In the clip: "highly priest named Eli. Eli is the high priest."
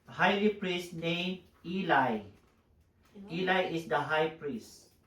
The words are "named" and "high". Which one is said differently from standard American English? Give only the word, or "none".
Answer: named